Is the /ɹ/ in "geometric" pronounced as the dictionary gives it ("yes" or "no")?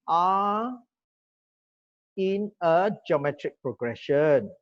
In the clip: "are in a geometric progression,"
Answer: yes